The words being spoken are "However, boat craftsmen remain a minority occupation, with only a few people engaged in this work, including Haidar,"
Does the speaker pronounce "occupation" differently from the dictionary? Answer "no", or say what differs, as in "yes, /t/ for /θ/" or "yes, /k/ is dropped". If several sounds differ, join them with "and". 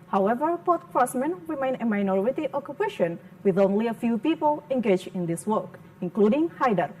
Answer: no